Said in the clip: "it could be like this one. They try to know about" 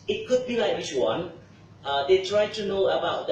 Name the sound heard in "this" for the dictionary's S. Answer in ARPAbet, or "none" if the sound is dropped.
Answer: none